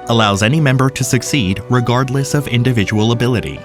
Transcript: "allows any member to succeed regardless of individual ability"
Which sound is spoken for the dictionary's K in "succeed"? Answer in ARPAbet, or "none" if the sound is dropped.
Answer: K